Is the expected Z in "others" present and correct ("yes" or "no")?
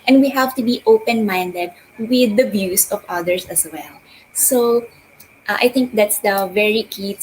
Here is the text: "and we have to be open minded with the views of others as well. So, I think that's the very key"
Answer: no